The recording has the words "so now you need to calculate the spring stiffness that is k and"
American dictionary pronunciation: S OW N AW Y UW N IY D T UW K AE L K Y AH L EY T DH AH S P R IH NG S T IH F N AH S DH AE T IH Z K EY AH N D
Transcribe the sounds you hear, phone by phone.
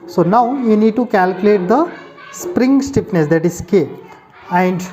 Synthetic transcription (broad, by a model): S OW N AW Y UW N IY D T UW K AE L K Y AH L EY T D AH S P R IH NG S T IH P N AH S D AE T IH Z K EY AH N D